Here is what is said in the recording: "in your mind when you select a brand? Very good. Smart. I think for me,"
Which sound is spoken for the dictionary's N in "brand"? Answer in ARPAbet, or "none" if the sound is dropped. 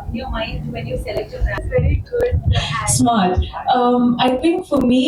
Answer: none